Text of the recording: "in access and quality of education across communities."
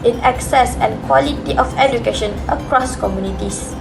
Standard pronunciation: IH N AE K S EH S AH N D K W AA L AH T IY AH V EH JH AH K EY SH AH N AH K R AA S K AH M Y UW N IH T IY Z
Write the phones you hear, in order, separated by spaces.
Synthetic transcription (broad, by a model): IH N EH K S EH S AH N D K W AA L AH T IY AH F EH JH AH K EY SH AH N AH K R AA S K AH M Y UW N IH T IY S